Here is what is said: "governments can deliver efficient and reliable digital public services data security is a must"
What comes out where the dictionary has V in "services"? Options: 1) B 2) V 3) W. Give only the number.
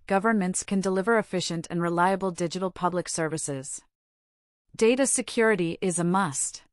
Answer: 2